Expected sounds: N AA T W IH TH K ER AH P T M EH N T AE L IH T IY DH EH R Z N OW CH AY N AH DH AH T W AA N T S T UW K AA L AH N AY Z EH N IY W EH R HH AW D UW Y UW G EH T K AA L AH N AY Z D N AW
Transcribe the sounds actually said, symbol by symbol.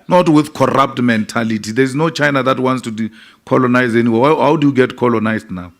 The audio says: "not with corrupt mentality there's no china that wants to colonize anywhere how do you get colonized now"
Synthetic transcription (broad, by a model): N AA T W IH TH K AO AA P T M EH N T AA L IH T IY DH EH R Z N OW CH AY N AH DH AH T W AA N T S T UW K AA L AH N AY Z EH N IY W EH W HH AW D UW Y UW G EH T K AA L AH N AY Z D N AW